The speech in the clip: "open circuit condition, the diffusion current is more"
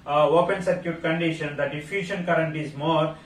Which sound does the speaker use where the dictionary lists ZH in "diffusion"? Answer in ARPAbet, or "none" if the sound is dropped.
SH